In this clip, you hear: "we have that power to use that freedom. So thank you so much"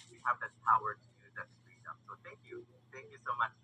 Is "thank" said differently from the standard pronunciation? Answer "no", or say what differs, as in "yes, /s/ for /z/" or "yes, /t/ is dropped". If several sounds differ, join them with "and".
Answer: no